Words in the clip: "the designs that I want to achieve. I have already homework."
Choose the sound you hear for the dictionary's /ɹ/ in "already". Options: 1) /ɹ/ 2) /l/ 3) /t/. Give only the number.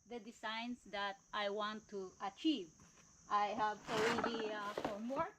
2